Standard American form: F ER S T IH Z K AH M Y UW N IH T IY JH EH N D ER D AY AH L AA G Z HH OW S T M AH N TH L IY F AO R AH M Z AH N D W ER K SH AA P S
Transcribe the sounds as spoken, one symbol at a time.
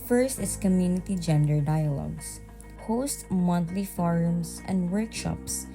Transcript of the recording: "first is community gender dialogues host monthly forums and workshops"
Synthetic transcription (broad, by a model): F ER S T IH S K AH M Y UW N IH T IY JH EH N D ER D AY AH L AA G S HH OW S T M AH N T L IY F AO R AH M S AH N D W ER K SH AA P S